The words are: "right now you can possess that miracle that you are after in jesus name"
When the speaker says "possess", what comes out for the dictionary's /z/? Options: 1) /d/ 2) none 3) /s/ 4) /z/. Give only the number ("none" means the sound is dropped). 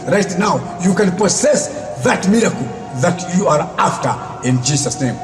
3